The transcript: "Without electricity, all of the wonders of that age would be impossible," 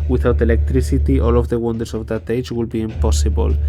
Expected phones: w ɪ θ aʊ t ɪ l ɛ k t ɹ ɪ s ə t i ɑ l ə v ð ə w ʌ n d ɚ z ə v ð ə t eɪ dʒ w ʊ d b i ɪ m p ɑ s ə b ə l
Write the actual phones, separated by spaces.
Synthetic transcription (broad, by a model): w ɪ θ aʊ t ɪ l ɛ k t ɹ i s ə t i ɑ l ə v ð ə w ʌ n d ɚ s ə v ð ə t eɪ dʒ w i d b i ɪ m p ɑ s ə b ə l